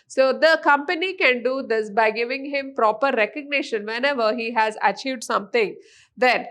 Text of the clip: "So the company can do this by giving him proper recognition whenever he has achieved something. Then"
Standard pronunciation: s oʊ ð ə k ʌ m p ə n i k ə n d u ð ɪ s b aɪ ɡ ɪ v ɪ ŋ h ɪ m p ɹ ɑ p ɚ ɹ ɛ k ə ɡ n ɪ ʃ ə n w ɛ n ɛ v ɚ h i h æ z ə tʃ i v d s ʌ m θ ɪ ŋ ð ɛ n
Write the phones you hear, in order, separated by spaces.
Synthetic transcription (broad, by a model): s oʊ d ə k ʌ m p ə n i k ə n d u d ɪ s b aɪ ɡ ɪ v ɪ ŋ h ɪ m p ɹ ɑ p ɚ ɹ ɛ k ə ɡ n ɪ ʃ ə n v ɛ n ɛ v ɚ h i h æ z ə tʃ i v d s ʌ m t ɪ ŋ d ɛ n